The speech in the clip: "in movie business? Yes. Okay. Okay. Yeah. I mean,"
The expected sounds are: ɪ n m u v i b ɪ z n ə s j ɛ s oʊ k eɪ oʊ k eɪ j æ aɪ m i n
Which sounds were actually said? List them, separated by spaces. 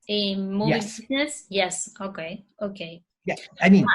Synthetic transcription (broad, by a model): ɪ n m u i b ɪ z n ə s j ɛ s oʊ k eɪ oʊ k eɪ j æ aɪ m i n